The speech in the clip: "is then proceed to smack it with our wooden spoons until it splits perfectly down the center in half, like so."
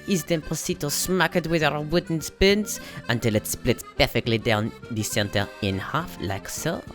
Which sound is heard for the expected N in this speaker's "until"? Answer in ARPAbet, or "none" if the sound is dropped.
N